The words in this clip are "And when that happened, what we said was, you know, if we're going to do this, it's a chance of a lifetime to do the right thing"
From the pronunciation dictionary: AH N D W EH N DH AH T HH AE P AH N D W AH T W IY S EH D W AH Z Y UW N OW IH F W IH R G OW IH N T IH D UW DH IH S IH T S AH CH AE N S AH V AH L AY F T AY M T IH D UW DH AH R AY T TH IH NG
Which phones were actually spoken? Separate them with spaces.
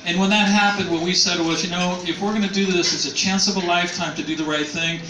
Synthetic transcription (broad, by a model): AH N W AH N DH AH T HH AE P AH N D W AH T W IY S EH D W AH Z Y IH N OW IH F W IH R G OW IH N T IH D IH DH IH S IH T S AH CH AE N S AH V AH L AY F T AY M T IH D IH DH AH R AY T TH IH NG